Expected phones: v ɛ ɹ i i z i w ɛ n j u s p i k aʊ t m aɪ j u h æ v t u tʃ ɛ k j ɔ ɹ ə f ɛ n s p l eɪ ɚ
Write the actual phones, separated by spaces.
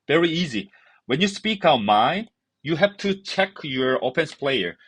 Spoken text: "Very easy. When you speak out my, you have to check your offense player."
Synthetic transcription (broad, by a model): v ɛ ɹ i i z i w ɛ n j u s p i k aʊ t m aɪ j u h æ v t u tʃ ɛ k j ɔ ɹ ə p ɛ n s p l eɪ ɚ